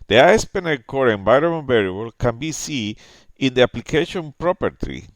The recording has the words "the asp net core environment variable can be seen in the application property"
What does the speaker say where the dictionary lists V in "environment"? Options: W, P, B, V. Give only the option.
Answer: B